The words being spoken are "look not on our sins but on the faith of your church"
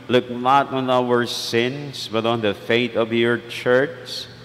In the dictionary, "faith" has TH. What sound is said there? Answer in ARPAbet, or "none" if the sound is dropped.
T